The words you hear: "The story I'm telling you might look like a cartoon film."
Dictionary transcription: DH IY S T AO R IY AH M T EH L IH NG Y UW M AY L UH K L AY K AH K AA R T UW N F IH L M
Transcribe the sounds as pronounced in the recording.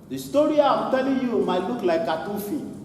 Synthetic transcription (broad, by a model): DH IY S T AO R IY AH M T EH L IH Y UW M AY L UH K L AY AH K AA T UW F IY